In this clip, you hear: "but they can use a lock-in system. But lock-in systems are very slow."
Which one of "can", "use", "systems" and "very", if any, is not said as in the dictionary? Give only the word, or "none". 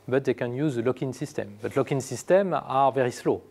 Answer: systems